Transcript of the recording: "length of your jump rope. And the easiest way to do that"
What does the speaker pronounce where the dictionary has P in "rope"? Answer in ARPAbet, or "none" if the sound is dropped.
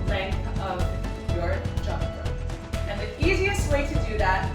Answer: none